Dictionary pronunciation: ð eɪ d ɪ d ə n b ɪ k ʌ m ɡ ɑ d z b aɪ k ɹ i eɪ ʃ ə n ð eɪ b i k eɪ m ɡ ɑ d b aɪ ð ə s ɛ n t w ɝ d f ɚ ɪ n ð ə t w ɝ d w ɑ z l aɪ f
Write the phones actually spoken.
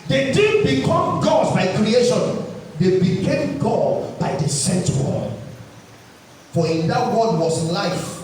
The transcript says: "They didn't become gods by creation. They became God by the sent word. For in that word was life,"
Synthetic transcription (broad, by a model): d eɪ d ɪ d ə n b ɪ k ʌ m ɡ ɑ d b aɪ k ɹ i eɪ ʃ ə n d eɪ b i k eɪ m ɡ ɑ d b aɪ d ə s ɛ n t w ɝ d f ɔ ɪ n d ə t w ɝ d w ɑ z l aɪ f